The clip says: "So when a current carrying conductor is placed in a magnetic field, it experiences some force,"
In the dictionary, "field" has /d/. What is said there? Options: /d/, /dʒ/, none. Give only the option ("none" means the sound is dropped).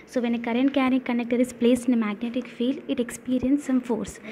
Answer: none